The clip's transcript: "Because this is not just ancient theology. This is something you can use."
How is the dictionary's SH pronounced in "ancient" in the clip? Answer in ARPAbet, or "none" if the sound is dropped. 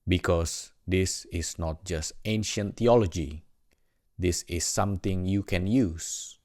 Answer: SH